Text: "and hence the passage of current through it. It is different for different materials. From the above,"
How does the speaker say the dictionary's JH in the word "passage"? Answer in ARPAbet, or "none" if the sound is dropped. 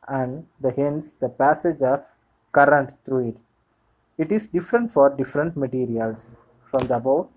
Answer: JH